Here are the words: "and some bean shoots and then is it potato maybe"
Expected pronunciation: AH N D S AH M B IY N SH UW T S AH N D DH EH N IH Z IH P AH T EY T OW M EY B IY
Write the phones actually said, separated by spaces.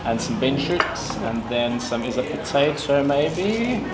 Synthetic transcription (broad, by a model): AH N S AH M B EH N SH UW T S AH N DH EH N IH Z IH P AH T EY T OW M EY B IY